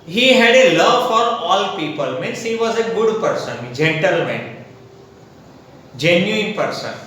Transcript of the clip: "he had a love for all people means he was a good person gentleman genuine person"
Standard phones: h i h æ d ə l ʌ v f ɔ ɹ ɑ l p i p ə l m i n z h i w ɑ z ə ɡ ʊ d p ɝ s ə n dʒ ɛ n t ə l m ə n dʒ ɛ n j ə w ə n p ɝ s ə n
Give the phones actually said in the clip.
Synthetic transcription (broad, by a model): h i h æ d ə l ʌ v f ɔ ɹ ɑ l p i p ə l m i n s h i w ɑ z ə ɡ ʊ d p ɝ s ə n dʒ ɛ n t ə l m ə n dʒ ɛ n j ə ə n p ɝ s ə n